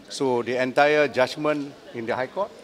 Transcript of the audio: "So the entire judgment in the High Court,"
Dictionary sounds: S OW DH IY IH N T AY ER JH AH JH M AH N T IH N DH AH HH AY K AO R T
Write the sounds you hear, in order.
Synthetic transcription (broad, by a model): S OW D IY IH N T AY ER JH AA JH M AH N IH N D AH HH AY K AO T